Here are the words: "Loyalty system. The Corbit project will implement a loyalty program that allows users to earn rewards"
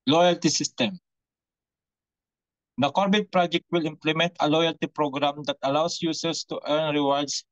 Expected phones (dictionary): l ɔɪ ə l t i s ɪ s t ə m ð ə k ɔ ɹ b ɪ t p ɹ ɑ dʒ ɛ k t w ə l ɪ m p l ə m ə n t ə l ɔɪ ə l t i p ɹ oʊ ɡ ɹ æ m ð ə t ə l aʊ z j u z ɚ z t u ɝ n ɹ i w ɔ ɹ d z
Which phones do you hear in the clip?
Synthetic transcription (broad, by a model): l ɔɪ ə l t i s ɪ s t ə m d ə k ɔ ɹ b ɪ t p ɹ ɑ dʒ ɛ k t w ə l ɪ m p l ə m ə n t ə l ɔɪ ə l t i p ɹ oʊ ɡ ɹ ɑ m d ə t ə l aʊ s j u s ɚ s t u ɝ n ɹ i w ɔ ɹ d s